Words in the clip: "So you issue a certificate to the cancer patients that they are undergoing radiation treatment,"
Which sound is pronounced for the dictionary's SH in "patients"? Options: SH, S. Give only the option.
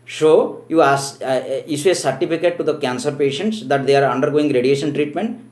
SH